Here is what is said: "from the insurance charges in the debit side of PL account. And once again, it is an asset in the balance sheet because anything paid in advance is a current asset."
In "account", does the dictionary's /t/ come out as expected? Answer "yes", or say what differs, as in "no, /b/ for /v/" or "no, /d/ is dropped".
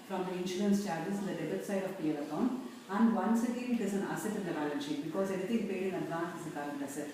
no, /t/ is dropped